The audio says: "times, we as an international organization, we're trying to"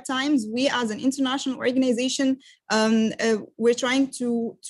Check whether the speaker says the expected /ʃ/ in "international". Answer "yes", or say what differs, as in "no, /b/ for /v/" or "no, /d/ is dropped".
yes